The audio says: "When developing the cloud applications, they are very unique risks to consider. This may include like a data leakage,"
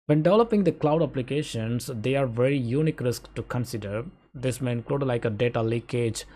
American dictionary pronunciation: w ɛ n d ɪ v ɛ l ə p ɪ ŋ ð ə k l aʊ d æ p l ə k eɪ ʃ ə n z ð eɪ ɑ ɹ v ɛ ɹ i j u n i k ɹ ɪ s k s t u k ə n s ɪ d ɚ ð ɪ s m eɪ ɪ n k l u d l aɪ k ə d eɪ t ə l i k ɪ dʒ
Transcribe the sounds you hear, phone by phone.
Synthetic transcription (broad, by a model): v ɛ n d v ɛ l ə p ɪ ŋ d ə k l aʊ d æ p l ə k eɪ ʃ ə n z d eɪ ɑ ɹ v ɛ ɹ i j u n i k ɹ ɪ s k t u k ə n s ɪ d ɚ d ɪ s m eɪ ɪ n k l u d l aɪ k ə d eɪ t ə l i k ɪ dʒ